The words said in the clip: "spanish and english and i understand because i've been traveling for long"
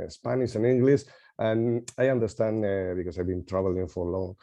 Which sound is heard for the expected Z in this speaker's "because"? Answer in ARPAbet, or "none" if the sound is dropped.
S